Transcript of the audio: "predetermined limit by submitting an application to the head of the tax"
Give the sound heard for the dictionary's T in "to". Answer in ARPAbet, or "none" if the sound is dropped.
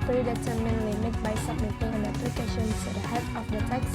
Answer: S